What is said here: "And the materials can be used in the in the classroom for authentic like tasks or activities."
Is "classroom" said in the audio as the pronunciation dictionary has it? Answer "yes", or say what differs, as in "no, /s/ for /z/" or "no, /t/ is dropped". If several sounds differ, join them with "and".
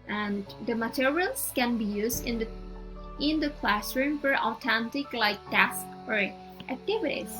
yes